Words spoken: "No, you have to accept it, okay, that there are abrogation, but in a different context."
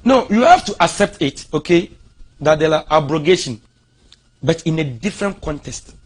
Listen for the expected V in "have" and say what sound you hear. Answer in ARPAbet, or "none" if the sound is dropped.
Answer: F